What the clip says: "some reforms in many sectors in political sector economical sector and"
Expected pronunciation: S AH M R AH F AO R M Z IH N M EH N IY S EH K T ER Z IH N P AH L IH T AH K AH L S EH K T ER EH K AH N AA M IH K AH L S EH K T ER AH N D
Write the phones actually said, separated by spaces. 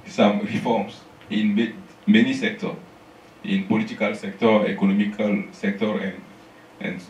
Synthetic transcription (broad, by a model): S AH M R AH F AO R M S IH N M EH N IY S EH K T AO IH N P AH L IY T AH K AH L S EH K T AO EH K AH N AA M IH K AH L S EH K T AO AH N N